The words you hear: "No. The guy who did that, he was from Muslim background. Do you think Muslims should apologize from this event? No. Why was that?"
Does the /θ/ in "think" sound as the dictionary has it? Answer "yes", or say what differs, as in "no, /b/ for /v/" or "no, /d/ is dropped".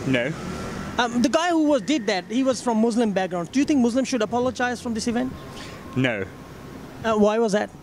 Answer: no, /t/ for /θ/